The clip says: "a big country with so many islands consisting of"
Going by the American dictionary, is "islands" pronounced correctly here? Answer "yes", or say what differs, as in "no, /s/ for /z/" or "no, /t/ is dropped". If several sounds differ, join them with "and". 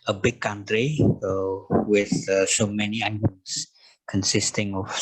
no, /n/ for /l/